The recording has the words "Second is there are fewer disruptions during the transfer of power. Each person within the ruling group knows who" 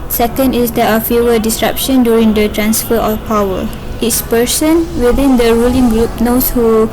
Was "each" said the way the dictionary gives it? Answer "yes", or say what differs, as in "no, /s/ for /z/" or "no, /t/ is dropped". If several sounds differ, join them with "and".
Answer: no, /s/ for /tʃ/